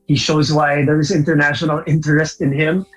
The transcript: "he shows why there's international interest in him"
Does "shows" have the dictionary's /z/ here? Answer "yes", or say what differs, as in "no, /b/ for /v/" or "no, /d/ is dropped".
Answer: yes